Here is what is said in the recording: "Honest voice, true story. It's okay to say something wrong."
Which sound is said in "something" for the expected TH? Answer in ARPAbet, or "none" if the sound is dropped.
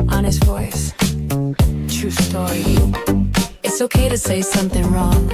TH